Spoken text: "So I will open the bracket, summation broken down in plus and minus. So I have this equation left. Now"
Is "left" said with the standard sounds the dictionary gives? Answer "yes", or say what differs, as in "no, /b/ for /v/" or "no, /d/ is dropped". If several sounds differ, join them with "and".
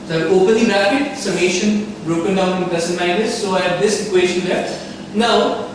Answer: no, /f/ is dropped